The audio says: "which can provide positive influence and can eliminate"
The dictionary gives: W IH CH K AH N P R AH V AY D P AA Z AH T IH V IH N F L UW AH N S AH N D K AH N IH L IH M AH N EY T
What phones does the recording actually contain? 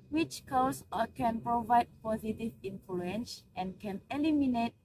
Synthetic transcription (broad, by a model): W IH CH K AH N P R AH V AY D P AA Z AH T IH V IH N F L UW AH N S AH N K AH N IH L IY M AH N EY T